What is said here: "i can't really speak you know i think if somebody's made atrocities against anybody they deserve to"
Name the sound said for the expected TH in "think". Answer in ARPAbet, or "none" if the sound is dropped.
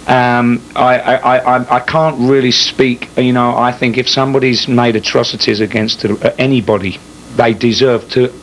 TH